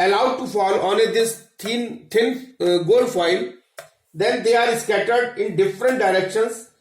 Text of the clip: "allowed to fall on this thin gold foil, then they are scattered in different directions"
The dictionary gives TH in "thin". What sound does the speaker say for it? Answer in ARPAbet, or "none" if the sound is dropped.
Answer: T